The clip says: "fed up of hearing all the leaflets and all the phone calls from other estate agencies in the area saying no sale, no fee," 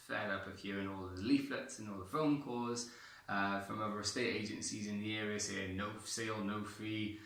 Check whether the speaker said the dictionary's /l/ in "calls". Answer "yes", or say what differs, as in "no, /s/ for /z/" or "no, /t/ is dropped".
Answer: no, /l/ is dropped